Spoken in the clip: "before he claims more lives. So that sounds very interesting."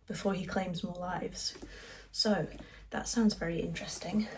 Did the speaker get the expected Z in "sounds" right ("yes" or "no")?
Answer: yes